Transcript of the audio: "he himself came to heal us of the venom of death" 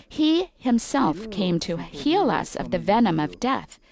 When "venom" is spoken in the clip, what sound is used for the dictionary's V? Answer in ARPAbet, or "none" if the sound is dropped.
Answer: V